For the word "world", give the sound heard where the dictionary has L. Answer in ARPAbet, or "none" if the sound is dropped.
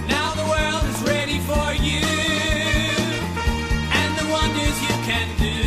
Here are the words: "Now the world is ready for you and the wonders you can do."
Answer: L